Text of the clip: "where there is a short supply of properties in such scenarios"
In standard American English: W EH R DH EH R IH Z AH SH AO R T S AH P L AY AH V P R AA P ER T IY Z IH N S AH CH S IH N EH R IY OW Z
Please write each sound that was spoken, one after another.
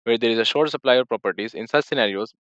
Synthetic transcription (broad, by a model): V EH R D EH R IH Z AH SH AO R T S AH P L AY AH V P R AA P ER T IY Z IH N S AH CH S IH N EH R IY OW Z